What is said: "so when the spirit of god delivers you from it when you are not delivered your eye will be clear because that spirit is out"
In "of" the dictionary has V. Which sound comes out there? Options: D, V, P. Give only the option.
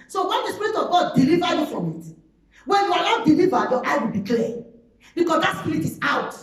V